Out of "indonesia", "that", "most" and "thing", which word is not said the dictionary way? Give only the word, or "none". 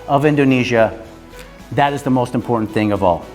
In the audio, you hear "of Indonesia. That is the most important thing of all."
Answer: none